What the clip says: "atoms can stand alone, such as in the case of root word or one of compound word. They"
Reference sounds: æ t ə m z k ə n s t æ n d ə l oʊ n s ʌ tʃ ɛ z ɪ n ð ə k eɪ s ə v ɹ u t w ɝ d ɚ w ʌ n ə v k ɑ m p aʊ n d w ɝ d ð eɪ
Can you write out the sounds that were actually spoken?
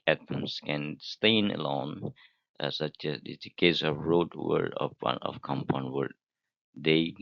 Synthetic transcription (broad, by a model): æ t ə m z k ə n s t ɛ n ə l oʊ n s ʌ tʃ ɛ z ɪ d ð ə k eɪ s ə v ɹ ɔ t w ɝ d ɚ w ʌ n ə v k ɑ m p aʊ n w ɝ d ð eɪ